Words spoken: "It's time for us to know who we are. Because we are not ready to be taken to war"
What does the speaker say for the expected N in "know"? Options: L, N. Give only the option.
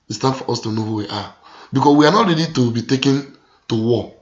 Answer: N